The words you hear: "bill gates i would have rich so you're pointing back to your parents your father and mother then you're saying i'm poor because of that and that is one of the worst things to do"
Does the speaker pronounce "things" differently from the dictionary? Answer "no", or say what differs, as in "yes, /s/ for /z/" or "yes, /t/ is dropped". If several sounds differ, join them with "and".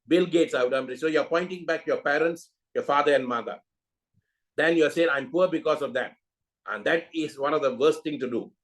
yes, /t/ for /θ/ and /z/ is dropped